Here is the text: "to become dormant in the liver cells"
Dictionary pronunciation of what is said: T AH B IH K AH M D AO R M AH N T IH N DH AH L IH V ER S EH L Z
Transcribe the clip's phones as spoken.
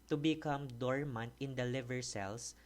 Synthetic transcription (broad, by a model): T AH B IH K AH M D AO R M AH N T IH N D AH L IH V ER S EH L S